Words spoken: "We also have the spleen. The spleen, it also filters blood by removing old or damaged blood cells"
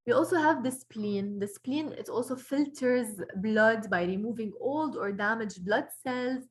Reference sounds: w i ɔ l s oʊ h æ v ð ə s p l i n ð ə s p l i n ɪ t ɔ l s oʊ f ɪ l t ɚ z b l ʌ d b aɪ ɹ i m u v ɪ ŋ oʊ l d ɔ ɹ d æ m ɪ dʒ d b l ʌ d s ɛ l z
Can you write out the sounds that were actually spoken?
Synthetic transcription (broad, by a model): w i ɔ l s oʊ h æ v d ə s p l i n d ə s p l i n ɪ t ɔ l s oʊ f ɪ l t ɚ z b l ʌ d b aɪ ɹ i m u v ɪ ŋ oʊ l d ɔ ɹ d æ m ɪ dʒ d b l ʌ d s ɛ l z